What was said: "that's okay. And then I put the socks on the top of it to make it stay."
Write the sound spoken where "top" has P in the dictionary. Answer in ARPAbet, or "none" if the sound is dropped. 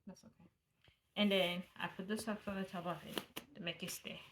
B